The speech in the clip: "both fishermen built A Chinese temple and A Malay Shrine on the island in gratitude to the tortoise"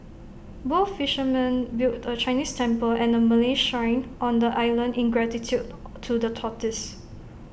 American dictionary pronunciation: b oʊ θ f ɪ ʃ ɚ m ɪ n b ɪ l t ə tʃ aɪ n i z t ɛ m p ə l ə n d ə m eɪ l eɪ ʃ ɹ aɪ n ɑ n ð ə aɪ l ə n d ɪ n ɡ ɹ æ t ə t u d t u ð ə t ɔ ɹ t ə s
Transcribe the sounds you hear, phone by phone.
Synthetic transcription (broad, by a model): b oʊ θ f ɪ ʃ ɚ m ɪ n b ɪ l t ə tʃ aɪ n i s t ɛ m p ə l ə n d ə m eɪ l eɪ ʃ aɪ n ɑ n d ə aɪ l ə n d ɪ n ɡ ɹ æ t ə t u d t u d ə t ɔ t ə s